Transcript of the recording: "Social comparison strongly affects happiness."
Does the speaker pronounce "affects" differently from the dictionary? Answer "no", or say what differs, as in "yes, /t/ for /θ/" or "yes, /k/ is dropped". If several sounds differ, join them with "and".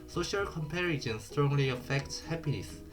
yes, /s/ is dropped